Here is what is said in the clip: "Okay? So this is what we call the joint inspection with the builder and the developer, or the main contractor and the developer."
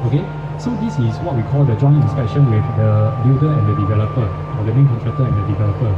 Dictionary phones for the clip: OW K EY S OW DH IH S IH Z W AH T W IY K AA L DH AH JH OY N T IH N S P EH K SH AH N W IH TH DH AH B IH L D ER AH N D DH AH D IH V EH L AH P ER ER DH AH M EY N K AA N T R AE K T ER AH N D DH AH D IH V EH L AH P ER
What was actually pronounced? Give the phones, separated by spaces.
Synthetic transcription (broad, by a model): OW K EY S OW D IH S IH S W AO T W IY K AA L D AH JH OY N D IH S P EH SH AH N W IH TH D AH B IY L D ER AH N D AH D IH V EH L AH P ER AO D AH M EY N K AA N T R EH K T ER AH N D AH D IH V EH L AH P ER